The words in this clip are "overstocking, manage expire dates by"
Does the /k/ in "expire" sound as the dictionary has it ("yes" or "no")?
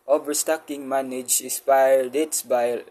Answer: no